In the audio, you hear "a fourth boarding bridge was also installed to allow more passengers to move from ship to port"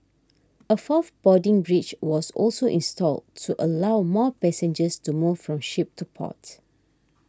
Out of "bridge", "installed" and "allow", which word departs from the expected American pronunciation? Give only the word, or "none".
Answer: bridge